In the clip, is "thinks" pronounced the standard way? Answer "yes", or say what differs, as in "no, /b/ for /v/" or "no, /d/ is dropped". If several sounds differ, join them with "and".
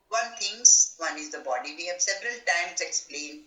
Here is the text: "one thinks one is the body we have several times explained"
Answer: no, /t/ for /θ/ and /k/ is dropped